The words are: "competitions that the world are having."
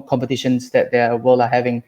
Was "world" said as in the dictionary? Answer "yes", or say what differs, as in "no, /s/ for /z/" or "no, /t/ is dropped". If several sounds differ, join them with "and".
no, /d/ is dropped